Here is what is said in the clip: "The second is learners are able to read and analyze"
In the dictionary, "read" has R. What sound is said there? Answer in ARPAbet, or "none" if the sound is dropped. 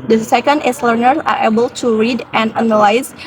R